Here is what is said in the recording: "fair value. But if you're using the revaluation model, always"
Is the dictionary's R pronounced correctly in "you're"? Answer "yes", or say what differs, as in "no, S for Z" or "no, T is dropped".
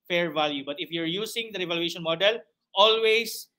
yes